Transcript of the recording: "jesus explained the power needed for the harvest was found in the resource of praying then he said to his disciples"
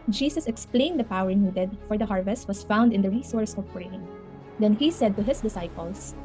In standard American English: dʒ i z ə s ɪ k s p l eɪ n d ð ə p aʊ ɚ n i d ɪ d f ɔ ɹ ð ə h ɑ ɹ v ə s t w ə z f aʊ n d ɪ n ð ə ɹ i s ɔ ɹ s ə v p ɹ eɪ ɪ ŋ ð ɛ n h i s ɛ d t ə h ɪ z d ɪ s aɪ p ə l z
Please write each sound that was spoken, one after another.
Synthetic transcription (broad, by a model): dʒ i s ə s ɪ k s p l eɪ n d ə p aʊ ɚ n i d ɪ d f ɔ ɹ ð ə h ɑ ɹ v ə s t w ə s f aʊ n d ɪ n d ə ɹ i s ɔ ɹ s ə v p ɹ eɪ ɪ ŋ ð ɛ n h i s ɛ d t ə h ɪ s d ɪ s aɪ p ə l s